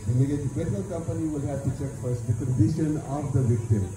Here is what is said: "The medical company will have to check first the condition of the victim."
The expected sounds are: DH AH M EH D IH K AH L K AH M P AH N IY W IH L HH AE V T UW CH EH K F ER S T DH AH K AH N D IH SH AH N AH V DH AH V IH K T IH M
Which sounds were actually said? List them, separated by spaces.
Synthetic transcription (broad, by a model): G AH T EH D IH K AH L K AH M P AH N IY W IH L HH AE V T UW CH EH K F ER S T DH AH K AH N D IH SH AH N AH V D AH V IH K T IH M